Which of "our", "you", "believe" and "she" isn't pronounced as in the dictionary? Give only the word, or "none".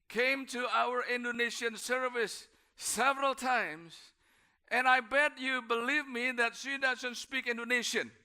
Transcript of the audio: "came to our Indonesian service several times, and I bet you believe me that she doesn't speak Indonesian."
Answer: she